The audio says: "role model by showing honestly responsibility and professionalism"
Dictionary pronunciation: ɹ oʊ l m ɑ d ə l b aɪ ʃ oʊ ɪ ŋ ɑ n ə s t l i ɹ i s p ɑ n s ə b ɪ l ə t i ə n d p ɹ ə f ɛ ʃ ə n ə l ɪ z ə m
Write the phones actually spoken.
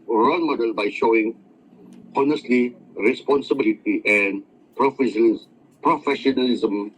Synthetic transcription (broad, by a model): ɹ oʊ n m ɑ d ə l b aɪ ʃ oʊ ɪ ŋ ɑ n ə s t l i ɹ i s p ɑ n s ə b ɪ l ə t i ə n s p ɹ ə f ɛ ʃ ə n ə l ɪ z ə m